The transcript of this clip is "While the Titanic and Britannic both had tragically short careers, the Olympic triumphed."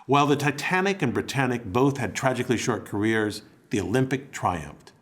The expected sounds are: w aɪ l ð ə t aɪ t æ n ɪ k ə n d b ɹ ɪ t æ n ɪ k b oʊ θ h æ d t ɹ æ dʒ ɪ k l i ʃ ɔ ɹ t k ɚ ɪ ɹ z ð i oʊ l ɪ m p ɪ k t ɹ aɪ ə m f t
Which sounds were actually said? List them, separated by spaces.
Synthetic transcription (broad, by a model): w aɪ l ð ə t aɪ t æ n ɪ k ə n b ɹ ɪ t æ n ɪ k b oʊ θ h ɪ d t ɹ æ dʒ ɪ k l i ʃ ɔ ɹ t k ɚ ɪ ɹ z ð i oʊ l ɪ m p ɪ k t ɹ aɪ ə m f t